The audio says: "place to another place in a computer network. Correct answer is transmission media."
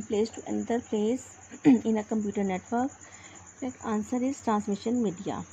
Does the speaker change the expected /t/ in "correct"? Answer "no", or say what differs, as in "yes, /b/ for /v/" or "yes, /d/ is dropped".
yes, /t/ is dropped